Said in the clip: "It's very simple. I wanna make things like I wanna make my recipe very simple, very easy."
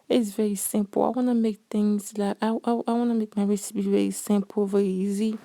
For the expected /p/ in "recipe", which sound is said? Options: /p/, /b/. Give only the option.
/b/